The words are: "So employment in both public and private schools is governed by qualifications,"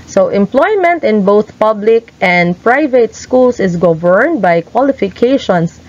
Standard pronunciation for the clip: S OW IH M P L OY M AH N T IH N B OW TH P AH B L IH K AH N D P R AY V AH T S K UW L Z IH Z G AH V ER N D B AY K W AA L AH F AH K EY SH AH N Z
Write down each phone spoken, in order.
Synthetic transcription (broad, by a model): S OW IH M P L OY M AH N T IH N B OW TH P AH B L IH K AH N D P R AY V AH T S K UW L S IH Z G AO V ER N D B AY K W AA L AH F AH K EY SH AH N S